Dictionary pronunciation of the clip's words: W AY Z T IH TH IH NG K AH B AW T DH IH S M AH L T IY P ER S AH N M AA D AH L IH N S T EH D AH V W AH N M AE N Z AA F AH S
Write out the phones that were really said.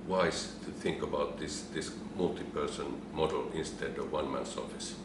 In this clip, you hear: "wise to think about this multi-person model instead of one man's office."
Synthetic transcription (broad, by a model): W AY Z T IH TH IH NG K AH B AW T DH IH S M AH L T IY P ER S AH N M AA D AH L IH N S T EH D AH V W AH N M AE N S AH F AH S